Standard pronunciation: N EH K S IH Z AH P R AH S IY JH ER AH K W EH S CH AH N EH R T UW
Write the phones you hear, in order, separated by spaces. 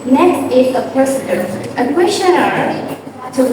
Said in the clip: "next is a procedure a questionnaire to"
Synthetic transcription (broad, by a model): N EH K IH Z AH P AH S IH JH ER AH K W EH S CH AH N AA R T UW